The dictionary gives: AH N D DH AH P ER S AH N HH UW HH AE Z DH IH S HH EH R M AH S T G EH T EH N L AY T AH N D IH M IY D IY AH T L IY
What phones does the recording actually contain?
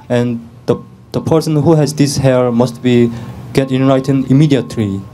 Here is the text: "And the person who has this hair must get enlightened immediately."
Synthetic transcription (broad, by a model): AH N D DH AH P ER S AH N HH UW HH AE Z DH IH S HH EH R M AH S T G EH T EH N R AY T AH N IH M IY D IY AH T L IY